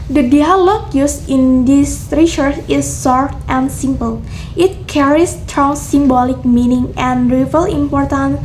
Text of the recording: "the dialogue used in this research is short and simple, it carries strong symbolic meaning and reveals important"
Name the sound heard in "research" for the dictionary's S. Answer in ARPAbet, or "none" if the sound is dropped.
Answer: SH